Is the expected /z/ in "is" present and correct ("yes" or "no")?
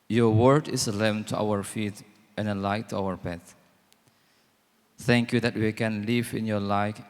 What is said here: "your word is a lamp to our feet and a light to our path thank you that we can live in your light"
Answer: no